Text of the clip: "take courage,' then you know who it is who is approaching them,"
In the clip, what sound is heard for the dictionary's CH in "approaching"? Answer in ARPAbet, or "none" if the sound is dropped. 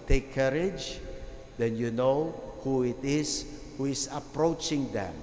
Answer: CH